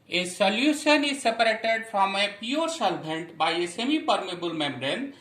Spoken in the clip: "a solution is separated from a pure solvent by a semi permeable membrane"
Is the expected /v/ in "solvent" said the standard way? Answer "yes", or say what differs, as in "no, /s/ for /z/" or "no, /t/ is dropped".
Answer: no, /b/ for /v/